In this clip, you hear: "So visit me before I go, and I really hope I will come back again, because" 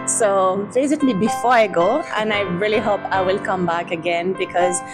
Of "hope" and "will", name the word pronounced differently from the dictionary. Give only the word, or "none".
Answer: none